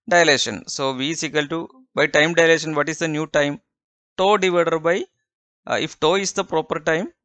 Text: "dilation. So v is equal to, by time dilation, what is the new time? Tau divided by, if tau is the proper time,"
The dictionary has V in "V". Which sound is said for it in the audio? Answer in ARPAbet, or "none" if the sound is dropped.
V